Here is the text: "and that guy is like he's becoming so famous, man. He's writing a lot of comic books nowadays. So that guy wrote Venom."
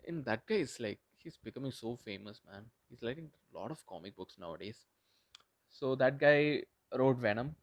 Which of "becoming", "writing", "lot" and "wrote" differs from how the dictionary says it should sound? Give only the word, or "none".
writing